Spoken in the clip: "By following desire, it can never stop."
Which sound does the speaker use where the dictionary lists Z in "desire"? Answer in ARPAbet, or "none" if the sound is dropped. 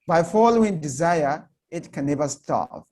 Z